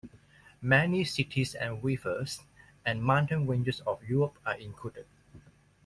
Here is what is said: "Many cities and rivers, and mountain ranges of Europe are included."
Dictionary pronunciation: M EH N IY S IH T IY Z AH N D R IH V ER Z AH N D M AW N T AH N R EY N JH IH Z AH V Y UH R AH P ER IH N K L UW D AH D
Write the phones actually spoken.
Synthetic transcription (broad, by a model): M EH N IY S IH T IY S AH N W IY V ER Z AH N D M AW N T AH N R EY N JH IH S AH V Y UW R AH P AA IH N K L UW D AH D